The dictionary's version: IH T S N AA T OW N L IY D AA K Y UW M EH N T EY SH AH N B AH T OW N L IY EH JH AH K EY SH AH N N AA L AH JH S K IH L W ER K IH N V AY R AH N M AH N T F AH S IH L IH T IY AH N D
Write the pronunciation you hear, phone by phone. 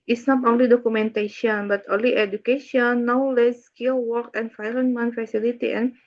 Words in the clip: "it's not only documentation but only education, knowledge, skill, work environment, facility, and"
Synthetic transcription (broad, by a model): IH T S N AA T OW N L IY D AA K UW M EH N T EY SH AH N B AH T OW N L IY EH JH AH K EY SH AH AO N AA L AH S K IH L W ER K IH N F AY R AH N M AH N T F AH S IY L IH T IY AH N